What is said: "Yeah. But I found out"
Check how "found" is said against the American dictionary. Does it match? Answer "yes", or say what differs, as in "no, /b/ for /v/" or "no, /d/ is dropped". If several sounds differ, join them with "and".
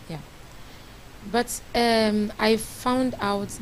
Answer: yes